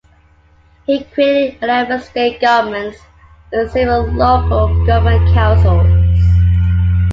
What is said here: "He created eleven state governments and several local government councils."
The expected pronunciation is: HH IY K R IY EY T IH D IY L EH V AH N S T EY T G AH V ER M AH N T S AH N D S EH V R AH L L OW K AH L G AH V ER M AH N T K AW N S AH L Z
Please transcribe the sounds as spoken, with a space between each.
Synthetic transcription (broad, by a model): HH IY K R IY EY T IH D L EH B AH S T EY T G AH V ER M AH N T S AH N S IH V AH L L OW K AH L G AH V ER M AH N K AW N S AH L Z